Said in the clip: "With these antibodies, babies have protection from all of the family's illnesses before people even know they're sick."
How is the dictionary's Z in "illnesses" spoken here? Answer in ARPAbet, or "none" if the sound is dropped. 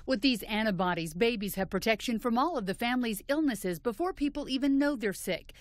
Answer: Z